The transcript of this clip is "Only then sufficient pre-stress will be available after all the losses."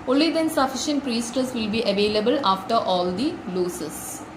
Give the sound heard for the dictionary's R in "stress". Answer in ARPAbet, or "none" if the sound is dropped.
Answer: none